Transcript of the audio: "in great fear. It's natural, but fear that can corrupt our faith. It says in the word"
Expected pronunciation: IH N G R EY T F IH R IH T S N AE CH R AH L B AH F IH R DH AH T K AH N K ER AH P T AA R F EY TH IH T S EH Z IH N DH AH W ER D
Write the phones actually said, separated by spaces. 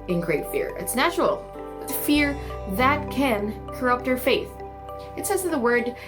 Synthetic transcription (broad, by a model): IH N G R EY T F IH R IH T S N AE CH R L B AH F IH R DH AH T K AH N K ER AH P T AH R F EY TH IH T S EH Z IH DH AH W ER D